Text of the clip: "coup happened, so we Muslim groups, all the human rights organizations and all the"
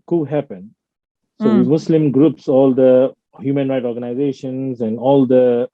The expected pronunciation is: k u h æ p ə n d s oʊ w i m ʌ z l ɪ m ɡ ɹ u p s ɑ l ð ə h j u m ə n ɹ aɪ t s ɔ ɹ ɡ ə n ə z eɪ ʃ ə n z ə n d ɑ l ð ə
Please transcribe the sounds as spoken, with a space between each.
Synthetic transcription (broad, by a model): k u h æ p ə n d s oʊ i m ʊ s l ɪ m ɡ ɹ u p s ɑ l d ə h j u m ə n ɹ aɪ t ɔ ɹ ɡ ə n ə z eɪ ʃ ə n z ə n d ɑ l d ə